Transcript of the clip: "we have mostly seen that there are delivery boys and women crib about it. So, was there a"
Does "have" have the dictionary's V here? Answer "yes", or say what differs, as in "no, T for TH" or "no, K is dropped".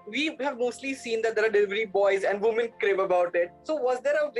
yes